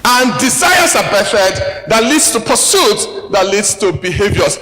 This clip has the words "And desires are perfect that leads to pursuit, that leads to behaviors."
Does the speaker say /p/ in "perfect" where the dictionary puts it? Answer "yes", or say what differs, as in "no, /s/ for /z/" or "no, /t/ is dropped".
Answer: no, /b/ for /p/